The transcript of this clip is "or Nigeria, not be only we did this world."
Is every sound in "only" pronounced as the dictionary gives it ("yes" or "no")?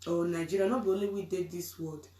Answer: no